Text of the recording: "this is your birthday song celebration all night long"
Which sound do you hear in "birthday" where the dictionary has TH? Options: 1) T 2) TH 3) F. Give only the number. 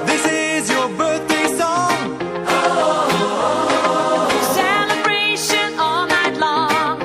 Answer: 2